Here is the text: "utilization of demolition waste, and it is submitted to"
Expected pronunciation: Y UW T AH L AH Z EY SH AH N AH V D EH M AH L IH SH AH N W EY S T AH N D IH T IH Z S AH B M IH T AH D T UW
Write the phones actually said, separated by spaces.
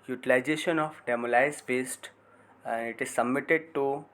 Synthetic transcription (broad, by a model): Y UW T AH L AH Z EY SH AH N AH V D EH M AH L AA AH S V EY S T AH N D IH T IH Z S AH B M IH T AH D T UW